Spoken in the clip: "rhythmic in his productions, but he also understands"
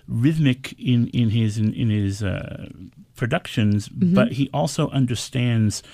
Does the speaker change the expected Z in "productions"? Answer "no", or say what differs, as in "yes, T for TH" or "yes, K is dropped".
no